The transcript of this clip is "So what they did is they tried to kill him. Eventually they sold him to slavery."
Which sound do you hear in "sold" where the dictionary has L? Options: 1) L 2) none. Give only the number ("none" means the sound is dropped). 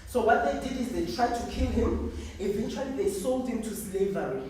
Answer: 1